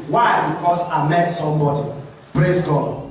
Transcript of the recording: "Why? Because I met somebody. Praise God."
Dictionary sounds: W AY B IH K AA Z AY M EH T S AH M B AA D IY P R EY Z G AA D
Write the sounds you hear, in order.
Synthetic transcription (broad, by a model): W AY B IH K AA S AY M EH T S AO M B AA D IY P R EY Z G AA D